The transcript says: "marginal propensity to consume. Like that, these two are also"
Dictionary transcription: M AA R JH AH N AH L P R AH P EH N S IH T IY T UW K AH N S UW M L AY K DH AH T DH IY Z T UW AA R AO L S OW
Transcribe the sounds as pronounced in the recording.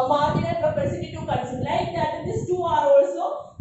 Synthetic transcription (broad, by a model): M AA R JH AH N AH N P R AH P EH S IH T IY T UW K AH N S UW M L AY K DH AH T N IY S T UW AA R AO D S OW